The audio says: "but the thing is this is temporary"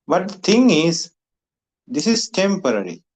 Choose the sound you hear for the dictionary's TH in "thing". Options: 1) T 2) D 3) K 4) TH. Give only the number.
1